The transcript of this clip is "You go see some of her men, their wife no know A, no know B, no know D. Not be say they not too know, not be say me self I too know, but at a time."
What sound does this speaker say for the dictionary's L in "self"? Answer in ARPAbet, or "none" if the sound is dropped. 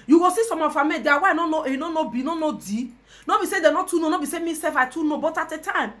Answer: none